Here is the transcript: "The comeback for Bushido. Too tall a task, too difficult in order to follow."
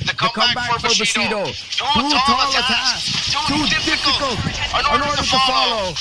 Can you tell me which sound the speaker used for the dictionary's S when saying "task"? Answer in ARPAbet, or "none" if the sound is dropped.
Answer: none